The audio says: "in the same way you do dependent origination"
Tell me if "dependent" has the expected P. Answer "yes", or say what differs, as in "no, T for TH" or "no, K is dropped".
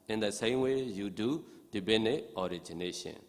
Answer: no, B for P